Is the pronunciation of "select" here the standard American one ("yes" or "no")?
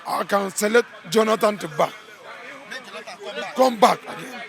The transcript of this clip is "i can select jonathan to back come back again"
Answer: no